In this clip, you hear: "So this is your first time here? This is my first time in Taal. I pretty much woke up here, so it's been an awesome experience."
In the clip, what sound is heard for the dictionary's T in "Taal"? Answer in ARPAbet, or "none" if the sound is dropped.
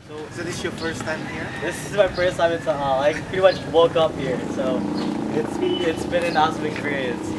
S